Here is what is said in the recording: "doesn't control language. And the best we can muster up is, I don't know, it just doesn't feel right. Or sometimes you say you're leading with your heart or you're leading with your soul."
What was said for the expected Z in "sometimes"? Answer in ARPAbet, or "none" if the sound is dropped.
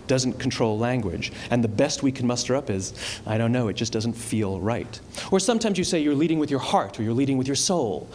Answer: Z